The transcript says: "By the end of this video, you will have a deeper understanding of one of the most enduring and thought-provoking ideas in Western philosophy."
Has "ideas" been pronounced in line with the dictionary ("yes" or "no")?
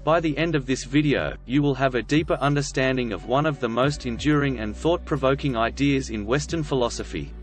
yes